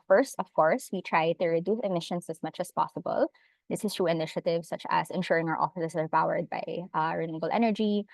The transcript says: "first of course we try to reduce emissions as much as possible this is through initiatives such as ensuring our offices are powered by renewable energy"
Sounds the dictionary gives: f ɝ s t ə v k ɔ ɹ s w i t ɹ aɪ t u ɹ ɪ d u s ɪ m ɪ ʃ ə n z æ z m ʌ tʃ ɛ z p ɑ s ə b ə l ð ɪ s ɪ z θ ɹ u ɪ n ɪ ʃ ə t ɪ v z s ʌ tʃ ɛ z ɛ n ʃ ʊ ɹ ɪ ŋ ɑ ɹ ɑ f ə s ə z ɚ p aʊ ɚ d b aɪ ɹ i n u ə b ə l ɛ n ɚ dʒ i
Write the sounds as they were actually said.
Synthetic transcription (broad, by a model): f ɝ s t ə v k ɔ ɹ s w i t ɹ aɪ t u ɹ ɪ d u s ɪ m ɪ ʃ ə n s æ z m ʌ tʃ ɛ s p ɑ s ə b ə l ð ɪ s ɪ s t ɹ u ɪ n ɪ ʃ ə t ɪ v s ʌ tʃ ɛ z ɛ n ʃ ʊ ɹ ɪ ŋ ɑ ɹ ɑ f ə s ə s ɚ p aʊ ɚ d b aɪ ɹ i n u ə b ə l ɛ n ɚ dʒ i